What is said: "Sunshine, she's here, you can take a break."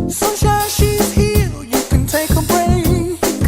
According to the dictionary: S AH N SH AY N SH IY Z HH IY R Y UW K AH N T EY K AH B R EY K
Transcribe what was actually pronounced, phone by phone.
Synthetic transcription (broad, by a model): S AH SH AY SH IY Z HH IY L Y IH K AH N T EY K AH B R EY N